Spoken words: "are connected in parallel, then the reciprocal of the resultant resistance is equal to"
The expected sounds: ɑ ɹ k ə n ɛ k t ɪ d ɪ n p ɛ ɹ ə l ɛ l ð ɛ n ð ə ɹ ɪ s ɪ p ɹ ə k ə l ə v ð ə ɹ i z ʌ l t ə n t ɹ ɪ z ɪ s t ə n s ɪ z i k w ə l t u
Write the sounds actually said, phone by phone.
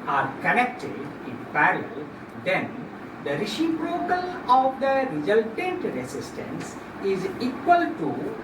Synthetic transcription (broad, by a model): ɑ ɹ k ə n ɛ k t ɪ d ɪ n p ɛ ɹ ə l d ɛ n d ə ɹ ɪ ʃ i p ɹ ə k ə l ə v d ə ɹ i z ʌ l t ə n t ɹ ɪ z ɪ s t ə n s ɪ z i k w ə l t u